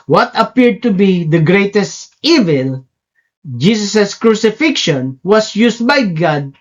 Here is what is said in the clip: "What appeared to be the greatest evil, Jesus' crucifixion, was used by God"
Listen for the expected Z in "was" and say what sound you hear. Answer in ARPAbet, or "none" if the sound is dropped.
S